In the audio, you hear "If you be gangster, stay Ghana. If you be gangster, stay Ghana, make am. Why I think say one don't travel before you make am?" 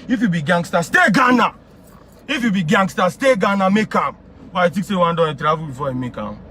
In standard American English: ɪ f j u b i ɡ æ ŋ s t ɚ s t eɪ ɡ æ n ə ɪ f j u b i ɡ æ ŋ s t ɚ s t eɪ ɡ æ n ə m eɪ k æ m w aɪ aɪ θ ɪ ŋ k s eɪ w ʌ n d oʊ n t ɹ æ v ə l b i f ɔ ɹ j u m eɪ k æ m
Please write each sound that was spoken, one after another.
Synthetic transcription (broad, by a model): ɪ f j u b i ɡ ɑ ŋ s t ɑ s t eɪ ɡ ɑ n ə ɪ f j u b i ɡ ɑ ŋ s t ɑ s t eɪ ɡ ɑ n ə m eɪ k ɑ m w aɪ aɪ t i k s eɪ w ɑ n d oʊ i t ɹ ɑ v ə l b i f ɔ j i m eɪ k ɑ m